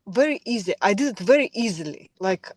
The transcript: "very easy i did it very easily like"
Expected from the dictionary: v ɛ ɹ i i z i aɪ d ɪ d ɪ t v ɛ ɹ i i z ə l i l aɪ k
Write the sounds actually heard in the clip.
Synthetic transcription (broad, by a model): v ɛ ɹ i i z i aɪ d ɪ d ɪ t v ɛ ɹ i i z ə l i l aɪ k